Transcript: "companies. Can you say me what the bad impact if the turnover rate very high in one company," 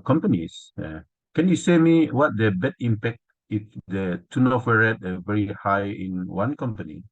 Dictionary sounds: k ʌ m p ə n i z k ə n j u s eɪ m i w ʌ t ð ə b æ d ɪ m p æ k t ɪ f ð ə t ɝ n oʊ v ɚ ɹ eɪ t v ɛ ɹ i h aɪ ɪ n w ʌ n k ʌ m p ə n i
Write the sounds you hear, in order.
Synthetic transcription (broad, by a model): k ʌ m p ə n i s k ə n j u s eɪ m i w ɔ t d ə b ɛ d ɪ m p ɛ k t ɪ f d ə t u n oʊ f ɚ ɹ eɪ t v ɛ ɹ i h aɪ ɪ n w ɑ n k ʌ m p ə n i